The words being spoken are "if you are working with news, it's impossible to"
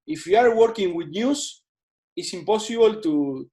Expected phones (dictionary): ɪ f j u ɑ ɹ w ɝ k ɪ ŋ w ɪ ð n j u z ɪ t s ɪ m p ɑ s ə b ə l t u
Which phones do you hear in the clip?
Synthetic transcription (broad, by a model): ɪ f j u ɑ ɹ w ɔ k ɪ ŋ w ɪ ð n j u s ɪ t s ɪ m p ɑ s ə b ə l t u